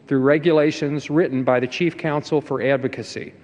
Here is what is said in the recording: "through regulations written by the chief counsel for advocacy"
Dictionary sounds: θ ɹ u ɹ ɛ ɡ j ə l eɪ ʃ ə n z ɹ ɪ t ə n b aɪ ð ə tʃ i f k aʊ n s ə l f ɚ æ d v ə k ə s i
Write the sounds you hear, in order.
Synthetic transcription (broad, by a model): θ ɹ u ɹ ɛ ɡ j ə l eɪ ʃ ə n z ɹ ɪ t n b aɪ ð ə tʃ i f k aʊ n s l f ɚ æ d v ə k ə s i